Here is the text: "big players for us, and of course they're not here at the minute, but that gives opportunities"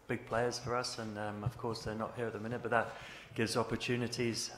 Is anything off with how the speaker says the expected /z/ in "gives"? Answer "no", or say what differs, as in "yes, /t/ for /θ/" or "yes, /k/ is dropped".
no